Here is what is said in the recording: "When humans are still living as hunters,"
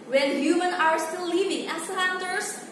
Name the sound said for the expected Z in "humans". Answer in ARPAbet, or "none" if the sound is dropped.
none